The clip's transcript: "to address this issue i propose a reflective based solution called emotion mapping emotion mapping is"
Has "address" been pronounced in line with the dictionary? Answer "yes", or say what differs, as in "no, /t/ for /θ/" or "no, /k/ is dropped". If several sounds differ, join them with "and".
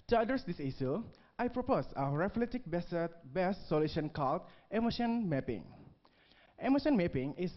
no, /ɹ/ is dropped